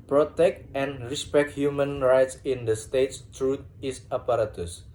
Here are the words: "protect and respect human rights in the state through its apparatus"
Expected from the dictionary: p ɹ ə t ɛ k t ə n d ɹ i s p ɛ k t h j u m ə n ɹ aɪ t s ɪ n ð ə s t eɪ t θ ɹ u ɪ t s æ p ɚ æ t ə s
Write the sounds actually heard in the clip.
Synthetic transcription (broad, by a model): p ɹ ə t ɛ k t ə n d ɹ i s p ɛ k t h j u m ə n ɹ aɪ t s ɪ n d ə s t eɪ t t ɹ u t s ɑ p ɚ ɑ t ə s